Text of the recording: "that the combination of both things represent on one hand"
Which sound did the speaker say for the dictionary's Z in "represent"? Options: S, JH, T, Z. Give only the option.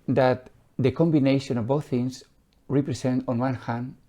S